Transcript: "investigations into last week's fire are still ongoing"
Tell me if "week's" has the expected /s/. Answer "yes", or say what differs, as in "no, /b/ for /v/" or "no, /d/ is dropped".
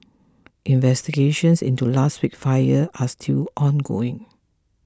no, /s/ is dropped